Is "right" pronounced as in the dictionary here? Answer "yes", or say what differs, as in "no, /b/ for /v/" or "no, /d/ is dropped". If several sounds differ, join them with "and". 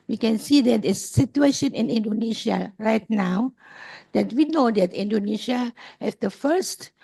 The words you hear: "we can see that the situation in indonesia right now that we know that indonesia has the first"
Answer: yes